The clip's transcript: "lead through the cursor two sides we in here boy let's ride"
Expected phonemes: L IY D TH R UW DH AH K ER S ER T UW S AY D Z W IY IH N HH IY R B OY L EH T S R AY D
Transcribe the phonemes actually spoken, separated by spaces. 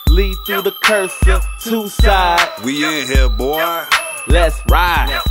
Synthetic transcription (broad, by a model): L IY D TH R UW DH AH K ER S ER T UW S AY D W IY IH N HH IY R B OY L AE T S R AY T